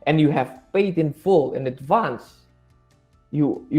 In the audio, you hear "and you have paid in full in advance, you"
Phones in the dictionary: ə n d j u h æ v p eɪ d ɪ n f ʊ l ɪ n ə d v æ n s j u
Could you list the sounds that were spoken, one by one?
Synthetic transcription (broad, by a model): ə n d j u h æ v f eɪ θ ɪ n f ʊ l ɪ n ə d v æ n s j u